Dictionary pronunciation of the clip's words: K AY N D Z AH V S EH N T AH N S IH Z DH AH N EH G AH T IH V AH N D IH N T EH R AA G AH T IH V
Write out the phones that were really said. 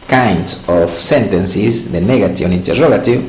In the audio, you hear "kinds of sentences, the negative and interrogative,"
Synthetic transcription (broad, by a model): K AY N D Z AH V S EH N T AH N S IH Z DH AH N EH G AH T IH AH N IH N T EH R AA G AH T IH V